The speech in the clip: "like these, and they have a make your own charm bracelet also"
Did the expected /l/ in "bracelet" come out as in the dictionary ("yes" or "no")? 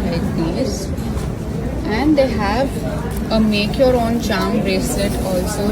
no